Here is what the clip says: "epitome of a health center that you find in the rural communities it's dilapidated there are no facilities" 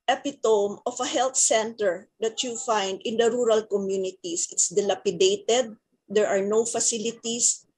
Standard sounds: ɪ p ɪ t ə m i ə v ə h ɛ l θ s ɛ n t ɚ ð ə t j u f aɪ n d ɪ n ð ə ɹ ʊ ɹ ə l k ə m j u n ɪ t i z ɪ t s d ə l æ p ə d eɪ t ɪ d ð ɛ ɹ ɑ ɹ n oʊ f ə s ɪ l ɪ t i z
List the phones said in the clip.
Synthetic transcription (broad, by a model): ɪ p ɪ t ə m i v ə h ɛ l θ s ɛ n t ɚ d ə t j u f aɪ n d ɪ n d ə ɹ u ɹ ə l k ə m j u n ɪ t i s ɪ t s d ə l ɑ p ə d eɪ t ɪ d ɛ ɹ ɑ ɹ n oʊ f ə s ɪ l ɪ t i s